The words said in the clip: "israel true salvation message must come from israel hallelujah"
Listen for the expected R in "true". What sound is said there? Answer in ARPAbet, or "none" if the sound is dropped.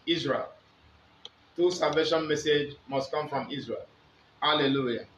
none